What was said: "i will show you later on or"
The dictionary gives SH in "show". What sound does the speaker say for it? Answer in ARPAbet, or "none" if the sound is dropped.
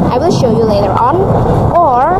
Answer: SH